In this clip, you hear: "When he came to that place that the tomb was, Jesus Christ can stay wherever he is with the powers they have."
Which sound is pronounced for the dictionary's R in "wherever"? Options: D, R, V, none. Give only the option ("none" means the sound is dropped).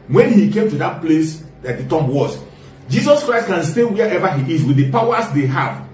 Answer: none